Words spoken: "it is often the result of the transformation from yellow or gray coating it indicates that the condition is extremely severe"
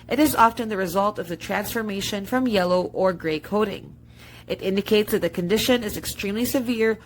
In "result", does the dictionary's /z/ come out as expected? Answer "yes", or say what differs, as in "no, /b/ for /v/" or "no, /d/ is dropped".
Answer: yes